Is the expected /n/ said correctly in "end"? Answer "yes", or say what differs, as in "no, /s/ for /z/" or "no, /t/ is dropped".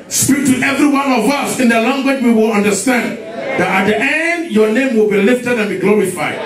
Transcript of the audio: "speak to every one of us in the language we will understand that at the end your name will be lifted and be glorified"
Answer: yes